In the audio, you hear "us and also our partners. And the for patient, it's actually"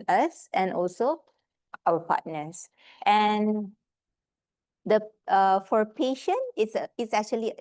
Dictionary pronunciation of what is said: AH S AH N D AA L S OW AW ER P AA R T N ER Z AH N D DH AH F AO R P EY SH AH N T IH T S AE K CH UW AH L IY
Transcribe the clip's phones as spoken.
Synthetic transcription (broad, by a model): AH S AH N AA L S OW AW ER P AA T N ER S AH N D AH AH F AO R P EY SH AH N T IH T S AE K CH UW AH L IY